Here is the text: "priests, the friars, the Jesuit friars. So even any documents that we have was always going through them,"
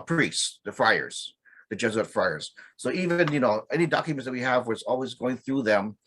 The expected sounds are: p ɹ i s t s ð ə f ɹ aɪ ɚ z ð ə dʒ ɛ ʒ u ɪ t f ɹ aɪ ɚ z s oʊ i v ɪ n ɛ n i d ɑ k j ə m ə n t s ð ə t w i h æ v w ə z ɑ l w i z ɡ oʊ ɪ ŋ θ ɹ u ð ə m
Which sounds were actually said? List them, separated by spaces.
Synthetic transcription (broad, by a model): p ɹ i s s ð ə f ɹ aɪ ɚ z ð ə dʒ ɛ z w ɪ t f ɹ aɪ ɚ z s oʊ i v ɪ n ɛ n i d ɑ k j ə m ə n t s ð ə t w i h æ v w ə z ɑ l w i z ɡ oʊ ɪ ŋ θ ɹ u ð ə m